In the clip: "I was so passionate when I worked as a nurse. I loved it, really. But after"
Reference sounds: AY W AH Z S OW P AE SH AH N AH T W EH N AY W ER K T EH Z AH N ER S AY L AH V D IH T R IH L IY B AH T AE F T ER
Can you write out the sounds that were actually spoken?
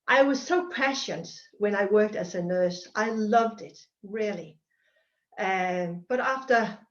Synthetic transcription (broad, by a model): AY W AH Z S OW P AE SH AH N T W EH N AY W ER K T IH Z AH N ER S AY L AH V D IH T R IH L IY B AH T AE F T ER